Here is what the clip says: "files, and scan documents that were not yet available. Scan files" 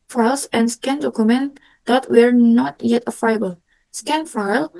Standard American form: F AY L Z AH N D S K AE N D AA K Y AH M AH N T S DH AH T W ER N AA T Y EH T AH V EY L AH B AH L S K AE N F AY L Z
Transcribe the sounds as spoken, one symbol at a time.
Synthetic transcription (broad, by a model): F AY L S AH N S K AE N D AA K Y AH M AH N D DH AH T W ER N AA T Y EH T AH F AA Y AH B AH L S K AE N F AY L